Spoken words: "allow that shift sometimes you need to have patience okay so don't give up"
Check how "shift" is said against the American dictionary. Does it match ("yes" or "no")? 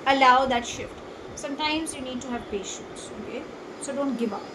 yes